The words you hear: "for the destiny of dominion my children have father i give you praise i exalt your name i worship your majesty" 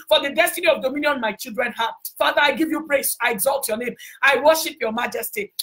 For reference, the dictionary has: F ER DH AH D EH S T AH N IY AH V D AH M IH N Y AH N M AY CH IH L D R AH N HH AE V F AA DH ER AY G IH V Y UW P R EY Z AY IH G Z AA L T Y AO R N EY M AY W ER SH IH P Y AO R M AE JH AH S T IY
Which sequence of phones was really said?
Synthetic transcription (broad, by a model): F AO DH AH D EH S T AH N IY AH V D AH M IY N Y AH N M AY CH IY L D R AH N HH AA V F AA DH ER AY G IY V Y UW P R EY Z AY IH G Z AA L T Y AO N EY M AY W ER SH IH P Y AO M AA JH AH S T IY